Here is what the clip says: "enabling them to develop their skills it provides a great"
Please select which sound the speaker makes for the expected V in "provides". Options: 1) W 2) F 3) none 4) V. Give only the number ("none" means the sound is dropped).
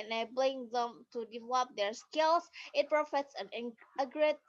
2